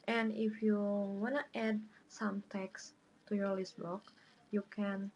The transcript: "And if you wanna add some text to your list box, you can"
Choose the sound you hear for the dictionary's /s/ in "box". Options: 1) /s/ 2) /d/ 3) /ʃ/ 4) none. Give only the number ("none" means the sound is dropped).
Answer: 4